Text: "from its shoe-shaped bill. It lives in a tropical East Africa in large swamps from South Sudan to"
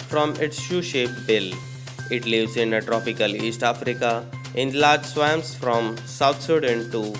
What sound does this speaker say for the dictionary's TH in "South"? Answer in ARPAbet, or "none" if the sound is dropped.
T